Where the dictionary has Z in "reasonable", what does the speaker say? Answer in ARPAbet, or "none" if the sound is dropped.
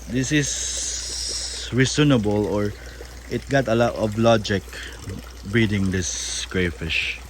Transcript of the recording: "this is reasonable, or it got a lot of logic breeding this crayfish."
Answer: S